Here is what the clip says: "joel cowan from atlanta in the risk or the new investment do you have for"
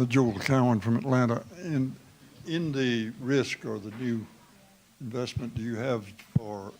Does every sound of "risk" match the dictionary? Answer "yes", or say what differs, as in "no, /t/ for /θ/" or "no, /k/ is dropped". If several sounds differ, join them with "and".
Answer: yes